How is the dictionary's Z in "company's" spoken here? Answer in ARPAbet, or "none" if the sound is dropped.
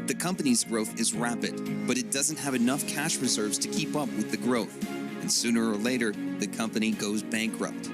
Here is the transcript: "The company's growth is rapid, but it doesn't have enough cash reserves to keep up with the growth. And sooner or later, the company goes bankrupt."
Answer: Z